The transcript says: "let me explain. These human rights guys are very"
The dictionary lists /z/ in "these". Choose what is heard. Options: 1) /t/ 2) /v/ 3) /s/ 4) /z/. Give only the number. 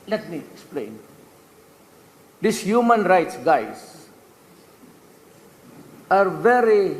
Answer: 3